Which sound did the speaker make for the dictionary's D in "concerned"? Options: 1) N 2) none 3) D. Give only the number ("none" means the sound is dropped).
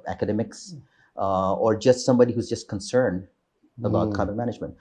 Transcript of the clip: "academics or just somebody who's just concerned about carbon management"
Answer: 3